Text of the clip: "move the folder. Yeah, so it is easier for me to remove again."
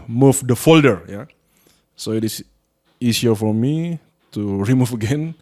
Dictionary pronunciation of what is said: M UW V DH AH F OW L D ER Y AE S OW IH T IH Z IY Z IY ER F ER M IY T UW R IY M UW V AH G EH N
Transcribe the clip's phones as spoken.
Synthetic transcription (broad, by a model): M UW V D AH F OW L D ER Y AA S OW IH T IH S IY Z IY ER F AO M IY T UW R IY M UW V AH G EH N